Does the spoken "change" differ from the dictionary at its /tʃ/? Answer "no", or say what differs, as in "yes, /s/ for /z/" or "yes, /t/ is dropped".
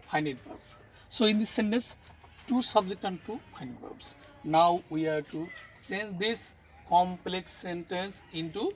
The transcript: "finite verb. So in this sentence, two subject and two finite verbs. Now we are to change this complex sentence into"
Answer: yes, /s/ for /tʃ/